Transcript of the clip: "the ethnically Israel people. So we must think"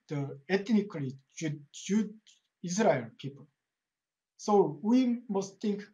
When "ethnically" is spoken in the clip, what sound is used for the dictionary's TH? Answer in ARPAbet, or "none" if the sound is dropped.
T